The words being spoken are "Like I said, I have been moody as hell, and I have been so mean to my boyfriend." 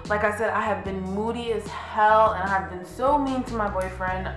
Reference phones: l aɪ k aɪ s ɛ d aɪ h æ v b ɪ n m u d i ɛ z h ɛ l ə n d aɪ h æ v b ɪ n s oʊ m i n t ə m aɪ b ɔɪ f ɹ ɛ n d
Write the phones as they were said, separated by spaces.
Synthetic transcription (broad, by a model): l aɪ k aɪ s ɛ d aɪ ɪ v b ɪ n m u d i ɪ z h ɛ l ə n aɪ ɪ v b ɪ n s oʊ m i n t ə m aɪ b ɔɪ f ɹ ɛ n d